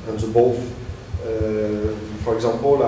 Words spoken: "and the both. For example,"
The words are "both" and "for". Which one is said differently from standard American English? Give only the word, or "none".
both